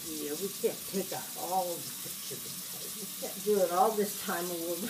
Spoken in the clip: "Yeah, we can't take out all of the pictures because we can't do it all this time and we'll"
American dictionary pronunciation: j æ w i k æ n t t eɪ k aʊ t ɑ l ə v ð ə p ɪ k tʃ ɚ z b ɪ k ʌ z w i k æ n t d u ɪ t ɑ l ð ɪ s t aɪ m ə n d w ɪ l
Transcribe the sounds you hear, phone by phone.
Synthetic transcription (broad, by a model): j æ w i k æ n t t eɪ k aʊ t ɑ l ə v ð ə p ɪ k tʃ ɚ b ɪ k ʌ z w i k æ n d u ɪ t ɑ l ð ɪ s t aɪ m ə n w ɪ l